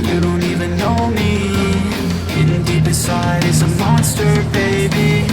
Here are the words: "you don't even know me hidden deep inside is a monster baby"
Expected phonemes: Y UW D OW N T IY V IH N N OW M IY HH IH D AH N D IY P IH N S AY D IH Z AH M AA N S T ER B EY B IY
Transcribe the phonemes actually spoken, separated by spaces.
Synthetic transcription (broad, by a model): Y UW D OW N T IY V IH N N OW M IY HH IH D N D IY B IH S AY D IH Z AH M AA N S T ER B EY B IY